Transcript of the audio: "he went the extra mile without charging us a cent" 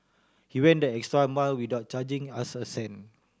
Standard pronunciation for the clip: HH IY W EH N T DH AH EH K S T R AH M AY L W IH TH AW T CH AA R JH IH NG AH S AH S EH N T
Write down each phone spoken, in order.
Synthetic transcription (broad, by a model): HH IY W EH N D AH EH K S T R AH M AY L W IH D AW T CH AA JH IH NG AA S AH S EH N